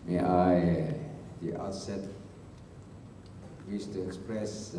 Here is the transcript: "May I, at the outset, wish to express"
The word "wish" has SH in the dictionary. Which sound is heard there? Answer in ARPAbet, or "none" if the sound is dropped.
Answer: S